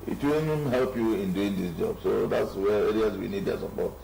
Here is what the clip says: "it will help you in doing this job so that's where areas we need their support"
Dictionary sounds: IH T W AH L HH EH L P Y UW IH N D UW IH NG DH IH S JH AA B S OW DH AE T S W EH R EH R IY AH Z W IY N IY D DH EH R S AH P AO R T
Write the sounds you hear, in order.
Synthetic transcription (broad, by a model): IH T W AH N HH EH L P Y UW IH N D UW IH NG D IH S JH AA B S OW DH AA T S W EH R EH R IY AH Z W IY N IY D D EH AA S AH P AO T